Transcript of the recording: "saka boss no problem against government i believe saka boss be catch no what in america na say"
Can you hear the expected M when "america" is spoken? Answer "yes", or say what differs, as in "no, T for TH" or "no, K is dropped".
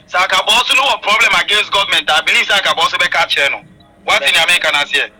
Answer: no, M is dropped